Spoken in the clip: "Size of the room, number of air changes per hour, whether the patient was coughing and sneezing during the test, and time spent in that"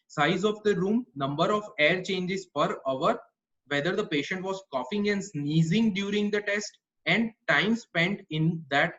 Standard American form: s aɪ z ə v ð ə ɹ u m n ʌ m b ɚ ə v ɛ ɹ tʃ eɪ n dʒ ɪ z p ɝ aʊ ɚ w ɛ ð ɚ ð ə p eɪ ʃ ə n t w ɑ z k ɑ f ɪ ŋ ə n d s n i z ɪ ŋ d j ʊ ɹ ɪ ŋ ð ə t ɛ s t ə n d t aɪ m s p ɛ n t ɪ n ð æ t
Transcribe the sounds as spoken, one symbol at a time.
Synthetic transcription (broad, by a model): s aɪ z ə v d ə ɹ u m n ʌ m b ɚ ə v ɛ ɹ tʃ eɪ n dʒ ɪ z f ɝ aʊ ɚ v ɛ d ɚ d ə p eɪ ʃ ə n t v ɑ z k ɑ f ɪ ŋ ə n d s n i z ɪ ŋ d j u ɹ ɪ ŋ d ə t ɛ s t ə n d t aɪ m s p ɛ n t ɪ n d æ t